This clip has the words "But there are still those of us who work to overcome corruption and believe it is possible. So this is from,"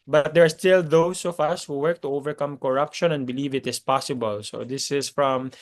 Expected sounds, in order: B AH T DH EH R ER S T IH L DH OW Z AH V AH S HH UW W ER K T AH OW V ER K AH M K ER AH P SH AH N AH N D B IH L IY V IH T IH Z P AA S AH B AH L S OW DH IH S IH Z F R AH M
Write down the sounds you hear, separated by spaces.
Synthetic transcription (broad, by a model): B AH T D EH R S T IH L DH OW S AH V AH S HH UW W ER K T AH OW V ER K AH M K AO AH P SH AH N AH N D B IH L IY V IH T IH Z P AA S AH B AH L S OW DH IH S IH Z F R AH M